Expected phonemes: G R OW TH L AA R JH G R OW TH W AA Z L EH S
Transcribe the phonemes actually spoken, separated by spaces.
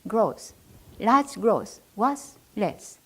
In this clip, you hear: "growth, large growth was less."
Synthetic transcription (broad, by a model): G R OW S L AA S G R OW S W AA S L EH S